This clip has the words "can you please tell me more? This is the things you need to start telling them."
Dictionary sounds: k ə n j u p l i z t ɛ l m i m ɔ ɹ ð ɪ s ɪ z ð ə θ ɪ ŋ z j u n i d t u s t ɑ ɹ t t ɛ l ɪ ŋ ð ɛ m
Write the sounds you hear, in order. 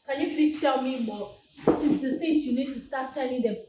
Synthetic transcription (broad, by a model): k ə n j u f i s t ɛ l m i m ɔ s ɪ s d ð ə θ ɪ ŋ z j u n i d t u s t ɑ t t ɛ n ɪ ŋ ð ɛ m